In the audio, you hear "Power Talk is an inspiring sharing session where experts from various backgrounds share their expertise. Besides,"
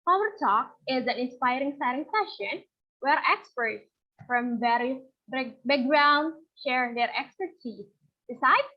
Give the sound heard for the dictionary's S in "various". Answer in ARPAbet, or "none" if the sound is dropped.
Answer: none